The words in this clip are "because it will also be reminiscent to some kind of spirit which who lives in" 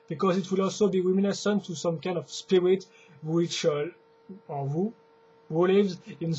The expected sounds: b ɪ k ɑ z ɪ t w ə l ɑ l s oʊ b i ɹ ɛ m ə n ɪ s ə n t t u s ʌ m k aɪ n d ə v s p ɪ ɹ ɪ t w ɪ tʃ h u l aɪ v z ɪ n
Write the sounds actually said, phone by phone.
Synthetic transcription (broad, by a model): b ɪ k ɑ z ɪ t w ə l ɑ l s oʊ b i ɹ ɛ m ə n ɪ s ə n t t u s ʌ m k aɪ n d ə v s p ɪ ɹ ɪ t w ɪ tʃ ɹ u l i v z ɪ n